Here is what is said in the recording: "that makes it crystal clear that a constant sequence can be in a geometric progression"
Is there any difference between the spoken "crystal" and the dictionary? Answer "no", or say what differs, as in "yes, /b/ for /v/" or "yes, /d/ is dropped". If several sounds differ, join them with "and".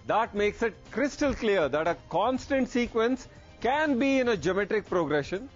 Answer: no